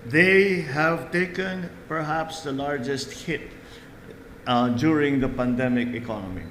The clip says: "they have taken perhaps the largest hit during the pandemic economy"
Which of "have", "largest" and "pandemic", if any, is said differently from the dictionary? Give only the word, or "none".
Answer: none